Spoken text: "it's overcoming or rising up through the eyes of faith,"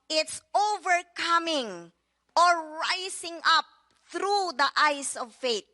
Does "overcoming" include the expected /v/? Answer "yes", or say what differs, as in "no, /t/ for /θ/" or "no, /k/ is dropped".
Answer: yes